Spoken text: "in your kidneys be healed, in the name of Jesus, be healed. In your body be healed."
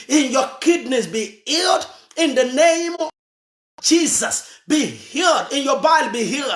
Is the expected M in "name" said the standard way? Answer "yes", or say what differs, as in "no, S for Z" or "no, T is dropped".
no, M is dropped